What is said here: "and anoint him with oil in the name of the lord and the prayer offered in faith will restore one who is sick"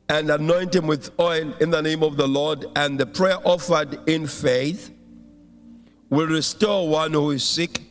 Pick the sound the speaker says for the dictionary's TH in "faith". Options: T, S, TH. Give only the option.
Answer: TH